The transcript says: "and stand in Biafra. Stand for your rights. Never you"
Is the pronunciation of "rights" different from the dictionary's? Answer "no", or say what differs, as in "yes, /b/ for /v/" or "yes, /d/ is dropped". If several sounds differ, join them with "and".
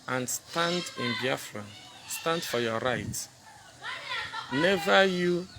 yes, /s/ is dropped